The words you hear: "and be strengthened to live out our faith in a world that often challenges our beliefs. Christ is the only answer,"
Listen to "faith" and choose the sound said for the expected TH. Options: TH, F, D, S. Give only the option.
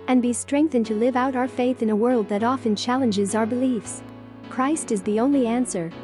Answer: TH